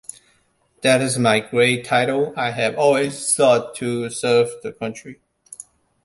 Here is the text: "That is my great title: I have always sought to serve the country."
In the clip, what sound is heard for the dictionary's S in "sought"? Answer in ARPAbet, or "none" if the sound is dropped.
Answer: TH